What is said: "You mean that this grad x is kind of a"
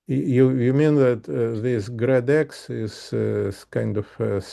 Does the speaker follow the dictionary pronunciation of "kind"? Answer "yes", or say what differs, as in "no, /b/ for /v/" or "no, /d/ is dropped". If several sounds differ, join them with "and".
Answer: yes